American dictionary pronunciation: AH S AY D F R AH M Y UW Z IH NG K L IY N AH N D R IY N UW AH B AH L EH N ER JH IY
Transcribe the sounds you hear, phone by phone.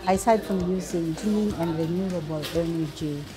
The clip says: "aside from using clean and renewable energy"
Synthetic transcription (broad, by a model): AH S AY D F R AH M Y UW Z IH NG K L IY AH N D R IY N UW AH B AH L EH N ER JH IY